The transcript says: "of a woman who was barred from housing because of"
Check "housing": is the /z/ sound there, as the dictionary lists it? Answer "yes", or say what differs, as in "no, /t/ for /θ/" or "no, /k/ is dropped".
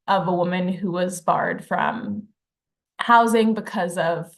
yes